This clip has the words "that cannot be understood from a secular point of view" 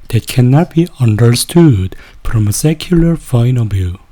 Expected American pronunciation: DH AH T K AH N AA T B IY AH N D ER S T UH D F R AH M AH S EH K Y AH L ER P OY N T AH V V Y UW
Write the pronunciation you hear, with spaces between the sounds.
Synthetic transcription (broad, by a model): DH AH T K AH N AA T B IY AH N D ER S T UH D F R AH M AH S EH K Y AH L ER F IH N AH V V Y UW